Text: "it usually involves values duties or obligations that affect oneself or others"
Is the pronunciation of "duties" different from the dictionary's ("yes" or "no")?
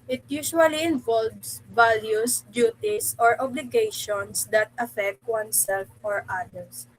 yes